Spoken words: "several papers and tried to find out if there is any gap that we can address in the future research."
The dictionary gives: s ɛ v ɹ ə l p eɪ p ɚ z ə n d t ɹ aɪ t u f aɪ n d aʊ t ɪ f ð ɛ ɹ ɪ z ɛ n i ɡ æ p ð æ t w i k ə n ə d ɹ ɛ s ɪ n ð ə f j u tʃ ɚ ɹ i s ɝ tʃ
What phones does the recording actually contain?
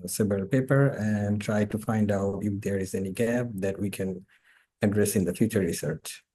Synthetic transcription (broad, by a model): s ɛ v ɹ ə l p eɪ p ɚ ə n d t ɹ aɪ t u f aɪ n d aʊ t ɪ f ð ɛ ɹ ɪ z ɛ n i ɡ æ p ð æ t w i k ə n ə d ɹ ɛ s ɪ n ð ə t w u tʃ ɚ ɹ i s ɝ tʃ